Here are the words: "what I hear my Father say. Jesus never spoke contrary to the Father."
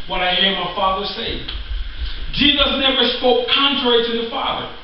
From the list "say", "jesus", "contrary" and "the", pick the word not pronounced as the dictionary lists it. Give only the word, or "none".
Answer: none